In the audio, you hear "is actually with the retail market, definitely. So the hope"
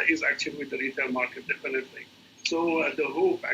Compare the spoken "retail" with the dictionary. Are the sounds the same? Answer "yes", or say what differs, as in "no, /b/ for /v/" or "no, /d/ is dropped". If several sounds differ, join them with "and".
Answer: no, /n/ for /l/